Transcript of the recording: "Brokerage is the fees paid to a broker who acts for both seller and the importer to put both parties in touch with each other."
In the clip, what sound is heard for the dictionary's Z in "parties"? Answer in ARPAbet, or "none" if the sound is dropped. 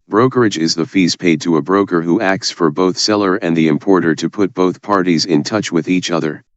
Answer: Z